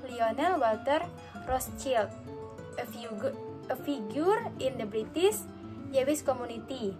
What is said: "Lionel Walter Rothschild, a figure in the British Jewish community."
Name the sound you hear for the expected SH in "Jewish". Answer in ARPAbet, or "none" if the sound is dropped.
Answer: S